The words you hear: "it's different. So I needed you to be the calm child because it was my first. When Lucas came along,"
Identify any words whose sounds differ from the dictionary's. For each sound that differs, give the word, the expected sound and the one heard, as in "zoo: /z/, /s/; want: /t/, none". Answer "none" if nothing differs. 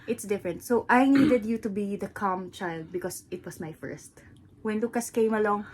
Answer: because: /z/, /s/; was: /z/, /s/